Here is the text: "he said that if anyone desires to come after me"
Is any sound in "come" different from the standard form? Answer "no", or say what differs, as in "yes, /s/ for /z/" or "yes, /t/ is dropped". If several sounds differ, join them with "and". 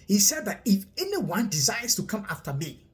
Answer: no